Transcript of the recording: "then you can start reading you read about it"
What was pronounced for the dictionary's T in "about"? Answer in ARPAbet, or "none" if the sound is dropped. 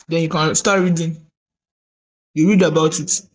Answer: T